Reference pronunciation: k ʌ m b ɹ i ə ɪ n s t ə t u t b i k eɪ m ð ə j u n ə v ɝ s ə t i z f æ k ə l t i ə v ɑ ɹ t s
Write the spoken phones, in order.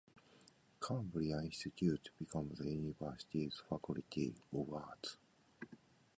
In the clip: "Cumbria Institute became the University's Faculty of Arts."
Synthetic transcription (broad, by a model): k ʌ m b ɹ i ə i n s t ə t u t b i k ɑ m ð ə j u n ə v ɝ s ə t i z f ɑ k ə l t i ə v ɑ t